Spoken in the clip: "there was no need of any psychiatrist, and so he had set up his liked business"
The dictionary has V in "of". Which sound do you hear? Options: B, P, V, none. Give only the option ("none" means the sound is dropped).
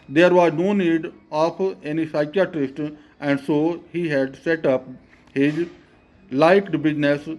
P